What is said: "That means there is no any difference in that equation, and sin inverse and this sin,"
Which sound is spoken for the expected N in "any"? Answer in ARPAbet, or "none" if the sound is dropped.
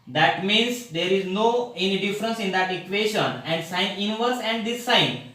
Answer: N